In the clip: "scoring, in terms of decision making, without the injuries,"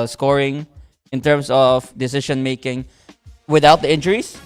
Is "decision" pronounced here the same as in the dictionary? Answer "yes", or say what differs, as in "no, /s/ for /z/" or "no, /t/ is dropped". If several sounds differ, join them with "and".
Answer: no, /ʃ/ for /ʒ/